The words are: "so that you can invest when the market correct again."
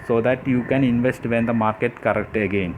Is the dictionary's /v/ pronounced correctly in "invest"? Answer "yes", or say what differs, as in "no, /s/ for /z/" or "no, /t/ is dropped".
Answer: yes